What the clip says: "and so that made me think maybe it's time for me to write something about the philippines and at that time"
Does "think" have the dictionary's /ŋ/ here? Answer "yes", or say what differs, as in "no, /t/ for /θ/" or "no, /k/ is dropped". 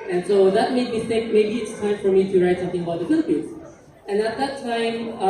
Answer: no, /ŋ/ is dropped